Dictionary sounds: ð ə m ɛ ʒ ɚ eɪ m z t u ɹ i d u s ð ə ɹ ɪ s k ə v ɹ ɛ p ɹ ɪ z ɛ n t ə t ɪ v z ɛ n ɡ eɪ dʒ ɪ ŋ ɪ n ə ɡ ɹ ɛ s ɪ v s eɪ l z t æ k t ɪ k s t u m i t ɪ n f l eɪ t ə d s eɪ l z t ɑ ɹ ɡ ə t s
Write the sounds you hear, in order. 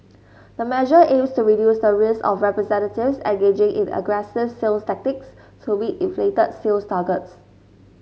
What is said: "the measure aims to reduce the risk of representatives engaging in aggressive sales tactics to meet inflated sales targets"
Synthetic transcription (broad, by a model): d ə m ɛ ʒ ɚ eɪ m s t u ɹ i d u s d ə ɹ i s ə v ɹ ɛ p ɹ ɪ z ɛ n t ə t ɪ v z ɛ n ɡ eɪ dʒ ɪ ŋ ɪ n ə ɡ ɹ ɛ s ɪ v s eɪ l s t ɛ k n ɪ k s t u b i t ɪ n f l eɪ t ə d s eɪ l s t ɑ ɡ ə t s